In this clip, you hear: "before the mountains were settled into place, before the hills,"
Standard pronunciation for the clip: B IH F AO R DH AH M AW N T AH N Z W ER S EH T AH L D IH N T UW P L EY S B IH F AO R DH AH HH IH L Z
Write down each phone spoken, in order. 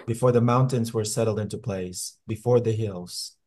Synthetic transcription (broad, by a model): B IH F AO R DH AH M AW N T AH N Z W ER S EH T L D IH N T UW P L EY S B IH F AO R DH AH HH IH L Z